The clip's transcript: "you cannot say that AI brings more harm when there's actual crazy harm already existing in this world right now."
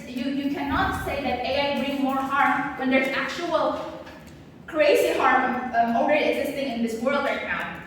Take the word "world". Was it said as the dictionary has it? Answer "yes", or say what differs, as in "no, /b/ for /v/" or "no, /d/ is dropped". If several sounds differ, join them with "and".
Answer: yes